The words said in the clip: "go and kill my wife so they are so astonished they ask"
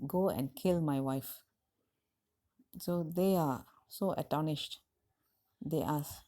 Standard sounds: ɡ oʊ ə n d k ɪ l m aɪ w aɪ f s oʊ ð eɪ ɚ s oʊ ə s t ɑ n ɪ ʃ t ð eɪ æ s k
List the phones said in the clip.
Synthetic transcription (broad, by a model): ɡ oʊ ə n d k ɪ l m aɪ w aɪ f s oʊ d eɪ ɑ s oʊ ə t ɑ n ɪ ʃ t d eɪ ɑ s